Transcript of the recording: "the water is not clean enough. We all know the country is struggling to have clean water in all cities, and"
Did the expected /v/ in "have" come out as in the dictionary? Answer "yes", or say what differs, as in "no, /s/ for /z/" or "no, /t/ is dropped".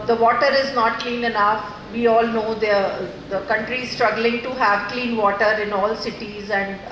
yes